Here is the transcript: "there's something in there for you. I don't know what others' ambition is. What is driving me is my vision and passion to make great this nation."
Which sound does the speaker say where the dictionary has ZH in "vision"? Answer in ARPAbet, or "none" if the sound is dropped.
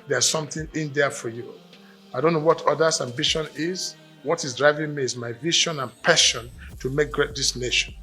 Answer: SH